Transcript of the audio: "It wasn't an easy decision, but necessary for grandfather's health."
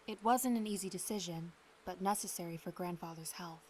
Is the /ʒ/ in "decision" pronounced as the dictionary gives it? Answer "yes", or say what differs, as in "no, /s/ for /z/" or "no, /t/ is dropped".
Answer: yes